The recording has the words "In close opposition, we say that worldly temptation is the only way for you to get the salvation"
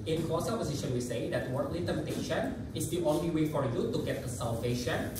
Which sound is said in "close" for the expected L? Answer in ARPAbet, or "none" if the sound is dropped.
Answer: none